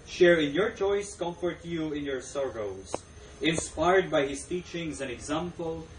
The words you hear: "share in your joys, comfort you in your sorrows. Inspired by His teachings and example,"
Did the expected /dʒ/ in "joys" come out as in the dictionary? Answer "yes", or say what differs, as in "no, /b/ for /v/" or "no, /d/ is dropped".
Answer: no, /tʃ/ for /dʒ/